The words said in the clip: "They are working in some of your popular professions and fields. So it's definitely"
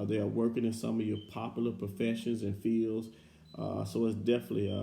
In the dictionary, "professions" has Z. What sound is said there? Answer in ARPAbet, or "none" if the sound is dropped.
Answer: Z